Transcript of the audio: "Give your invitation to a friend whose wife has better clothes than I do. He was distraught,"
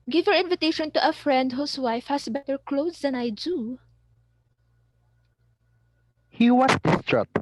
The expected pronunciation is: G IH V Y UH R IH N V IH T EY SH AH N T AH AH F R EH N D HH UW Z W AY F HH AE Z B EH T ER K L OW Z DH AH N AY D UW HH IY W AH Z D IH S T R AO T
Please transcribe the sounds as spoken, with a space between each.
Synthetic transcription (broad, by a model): G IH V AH R IH N V IH T EY SH AH N T AH AH F R EH N D HH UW S W AY F HH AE S B EH T ER K L OW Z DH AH N AY D UW HH IY W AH S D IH S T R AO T